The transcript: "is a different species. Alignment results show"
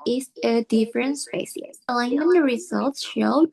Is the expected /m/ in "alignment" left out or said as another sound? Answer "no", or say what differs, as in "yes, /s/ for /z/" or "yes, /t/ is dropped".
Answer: yes, /m/ is dropped